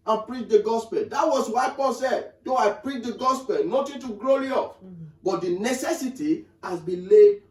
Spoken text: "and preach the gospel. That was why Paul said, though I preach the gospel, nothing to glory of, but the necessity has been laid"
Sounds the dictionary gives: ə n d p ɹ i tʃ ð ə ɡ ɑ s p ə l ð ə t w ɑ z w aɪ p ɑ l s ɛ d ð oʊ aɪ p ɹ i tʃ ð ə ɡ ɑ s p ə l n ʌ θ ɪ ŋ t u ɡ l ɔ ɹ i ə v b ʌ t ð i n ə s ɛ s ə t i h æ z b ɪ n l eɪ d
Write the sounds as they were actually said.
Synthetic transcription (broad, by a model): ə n p ɹ i tʃ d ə ɡ ɑ s p ə l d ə t w ɑ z w aɪ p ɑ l s ɛ d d oʊ aɪ p ɹ i tʃ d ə ɡ ɑ s p ə l n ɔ t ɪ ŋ t u ɡ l ɔ l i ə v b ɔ t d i n ə s ɛ s ə t i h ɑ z b ɪ n l eɪ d